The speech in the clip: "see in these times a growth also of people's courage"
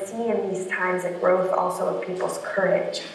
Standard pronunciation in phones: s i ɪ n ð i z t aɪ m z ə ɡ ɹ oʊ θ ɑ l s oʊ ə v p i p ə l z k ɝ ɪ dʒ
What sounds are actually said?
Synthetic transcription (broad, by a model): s i ɪ n ð i z t aɪ m z ə ɡ ɹ oʊ θ ɑ l s oʊ ə v p i p l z k ɝ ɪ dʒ